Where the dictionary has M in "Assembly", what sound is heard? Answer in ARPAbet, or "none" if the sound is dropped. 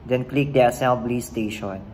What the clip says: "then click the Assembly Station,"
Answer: none